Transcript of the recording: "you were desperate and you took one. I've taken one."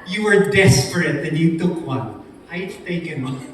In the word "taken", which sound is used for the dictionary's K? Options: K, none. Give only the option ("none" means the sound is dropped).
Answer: none